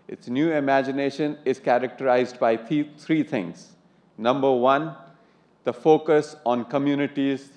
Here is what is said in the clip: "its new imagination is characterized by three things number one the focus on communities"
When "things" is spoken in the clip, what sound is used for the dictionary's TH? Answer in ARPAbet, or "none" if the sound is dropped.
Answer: T